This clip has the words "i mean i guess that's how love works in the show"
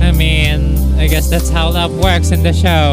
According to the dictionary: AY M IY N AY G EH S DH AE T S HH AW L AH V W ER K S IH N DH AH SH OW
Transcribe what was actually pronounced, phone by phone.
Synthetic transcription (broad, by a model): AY M IY N AY G EH S DH AE T S HH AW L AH P W ER K S IH N DH AH SH OW